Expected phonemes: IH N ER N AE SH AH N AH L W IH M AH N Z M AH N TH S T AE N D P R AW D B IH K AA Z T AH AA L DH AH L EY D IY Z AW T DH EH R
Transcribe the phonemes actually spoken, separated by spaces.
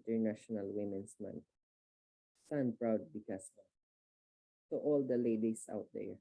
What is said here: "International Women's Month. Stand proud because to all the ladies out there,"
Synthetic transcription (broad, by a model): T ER N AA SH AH N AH L W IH M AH N S M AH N T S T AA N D P R AW D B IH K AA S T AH AA L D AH L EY D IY S AW T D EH R